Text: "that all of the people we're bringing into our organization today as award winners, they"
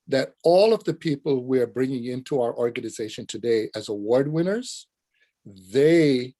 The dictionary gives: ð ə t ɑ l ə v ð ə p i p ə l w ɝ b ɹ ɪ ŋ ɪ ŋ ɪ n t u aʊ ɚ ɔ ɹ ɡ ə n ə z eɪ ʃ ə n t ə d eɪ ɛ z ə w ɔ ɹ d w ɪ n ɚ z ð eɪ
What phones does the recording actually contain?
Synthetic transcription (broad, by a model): ð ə t ɑ l ə v ð ə p i p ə l w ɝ b ɹ ɪ ŋ ɪ ŋ ɪ n t u aʊ ɚ ɔ ɹ ɡ ə n ə z eɪ ʃ ə n t ə d eɪ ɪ z ə w ɔ ɹ d w ɪ n ɚ z ð eɪ